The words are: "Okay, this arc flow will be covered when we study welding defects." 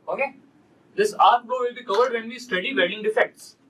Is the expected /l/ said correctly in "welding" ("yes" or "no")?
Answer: no